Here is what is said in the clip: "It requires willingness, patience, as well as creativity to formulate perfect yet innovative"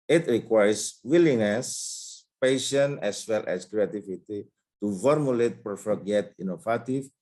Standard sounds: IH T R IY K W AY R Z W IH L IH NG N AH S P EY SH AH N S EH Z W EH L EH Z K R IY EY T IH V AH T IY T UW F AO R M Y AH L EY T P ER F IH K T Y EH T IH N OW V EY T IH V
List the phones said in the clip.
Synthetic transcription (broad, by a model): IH T R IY K W AY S W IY L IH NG N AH S P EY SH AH N EH S W EH L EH S K R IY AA T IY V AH T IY T UW F AO R M Y AH L EY T P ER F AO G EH T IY N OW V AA T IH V